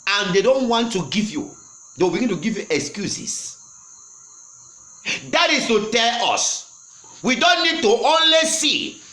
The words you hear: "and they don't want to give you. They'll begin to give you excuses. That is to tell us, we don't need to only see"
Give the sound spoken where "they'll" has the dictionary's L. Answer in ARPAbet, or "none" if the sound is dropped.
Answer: W